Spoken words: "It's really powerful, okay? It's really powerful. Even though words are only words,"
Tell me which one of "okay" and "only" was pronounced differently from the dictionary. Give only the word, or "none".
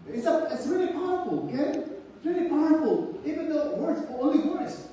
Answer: only